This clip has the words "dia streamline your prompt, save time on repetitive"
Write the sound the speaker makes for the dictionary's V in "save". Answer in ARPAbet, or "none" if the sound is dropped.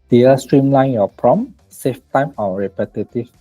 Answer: F